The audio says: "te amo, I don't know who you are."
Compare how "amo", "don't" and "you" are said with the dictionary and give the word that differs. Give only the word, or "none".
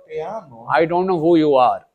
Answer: amo